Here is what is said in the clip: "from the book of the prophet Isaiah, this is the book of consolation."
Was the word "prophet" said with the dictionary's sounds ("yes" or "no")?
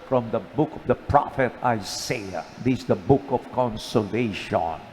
yes